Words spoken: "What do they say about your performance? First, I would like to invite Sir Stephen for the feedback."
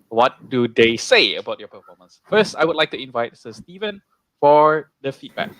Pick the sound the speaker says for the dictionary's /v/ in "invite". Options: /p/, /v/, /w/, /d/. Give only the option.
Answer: /v/